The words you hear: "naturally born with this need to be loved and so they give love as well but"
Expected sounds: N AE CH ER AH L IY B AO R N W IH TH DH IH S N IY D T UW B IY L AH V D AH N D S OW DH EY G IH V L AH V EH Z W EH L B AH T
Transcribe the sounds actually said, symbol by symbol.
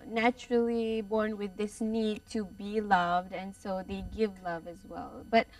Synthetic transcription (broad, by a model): N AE CH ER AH L IY B AO R N W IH DH IH S N IY D T UW B IY L AH V D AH N S OW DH EY G IH V L AH V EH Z W EH L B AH T